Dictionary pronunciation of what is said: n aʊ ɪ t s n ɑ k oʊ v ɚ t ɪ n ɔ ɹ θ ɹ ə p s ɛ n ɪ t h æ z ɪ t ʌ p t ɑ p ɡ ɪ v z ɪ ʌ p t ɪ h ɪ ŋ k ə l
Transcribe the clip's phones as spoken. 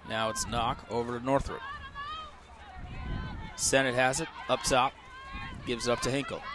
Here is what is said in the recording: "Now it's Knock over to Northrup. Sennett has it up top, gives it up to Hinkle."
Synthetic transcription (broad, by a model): n aʊ ɪ t s n ɑ k oʊ v ɚ t ɪ n ɔ ɹ θ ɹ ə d s ɛ n ɪ t h æ z ɪ t ʌ p t ɑ p ɡ ɪ v z ʌ p t ɪ h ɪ ŋ k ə l